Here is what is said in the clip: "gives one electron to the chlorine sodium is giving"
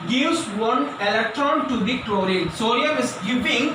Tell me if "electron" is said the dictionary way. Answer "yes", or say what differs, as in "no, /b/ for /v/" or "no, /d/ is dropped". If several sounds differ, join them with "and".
yes